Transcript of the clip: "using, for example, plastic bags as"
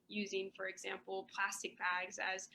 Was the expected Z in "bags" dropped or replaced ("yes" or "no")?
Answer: no